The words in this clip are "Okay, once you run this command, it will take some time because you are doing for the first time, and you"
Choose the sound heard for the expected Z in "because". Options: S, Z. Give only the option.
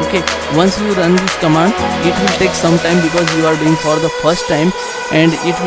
Z